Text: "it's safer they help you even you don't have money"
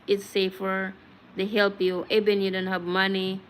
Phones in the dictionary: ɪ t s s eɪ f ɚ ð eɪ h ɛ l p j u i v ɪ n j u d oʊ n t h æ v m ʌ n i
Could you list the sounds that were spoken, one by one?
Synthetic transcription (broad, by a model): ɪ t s s eɪ f ɚ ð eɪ h ɛ l p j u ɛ b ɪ n j u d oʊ n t h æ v m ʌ n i